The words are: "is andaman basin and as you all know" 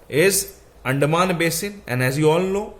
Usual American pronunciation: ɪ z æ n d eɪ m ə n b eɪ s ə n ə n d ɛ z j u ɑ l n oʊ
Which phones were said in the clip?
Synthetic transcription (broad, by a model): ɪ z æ n d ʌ m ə n b eɪ s ə n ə n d ɛ z j u ɑ l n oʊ